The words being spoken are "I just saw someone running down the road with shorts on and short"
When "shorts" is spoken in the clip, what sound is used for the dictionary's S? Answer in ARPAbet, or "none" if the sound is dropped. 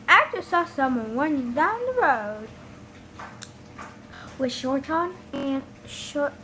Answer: none